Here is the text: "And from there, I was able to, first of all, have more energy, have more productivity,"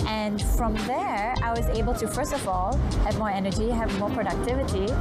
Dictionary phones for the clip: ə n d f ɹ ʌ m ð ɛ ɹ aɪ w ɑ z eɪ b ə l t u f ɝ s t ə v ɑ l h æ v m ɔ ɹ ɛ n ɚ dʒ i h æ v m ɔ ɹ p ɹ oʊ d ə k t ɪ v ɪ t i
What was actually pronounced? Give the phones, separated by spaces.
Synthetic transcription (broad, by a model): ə n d f ɹ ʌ m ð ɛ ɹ aɪ w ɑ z eɪ b ə l t u f ɝ s t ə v ɑ l h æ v m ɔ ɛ n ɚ dʒ i h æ v m ɔ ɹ p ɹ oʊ d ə k t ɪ v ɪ t i